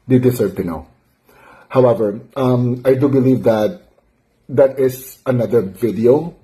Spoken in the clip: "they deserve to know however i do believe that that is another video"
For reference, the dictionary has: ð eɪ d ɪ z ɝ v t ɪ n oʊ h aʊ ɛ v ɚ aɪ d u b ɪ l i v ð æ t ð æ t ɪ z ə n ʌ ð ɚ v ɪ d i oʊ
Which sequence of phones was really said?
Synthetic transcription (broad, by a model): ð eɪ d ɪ s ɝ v t ɪ n oʊ h aʊ ɛ v ɚ aɪ d u b ɪ l i v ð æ t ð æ t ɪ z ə n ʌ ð ɚ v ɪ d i oʊ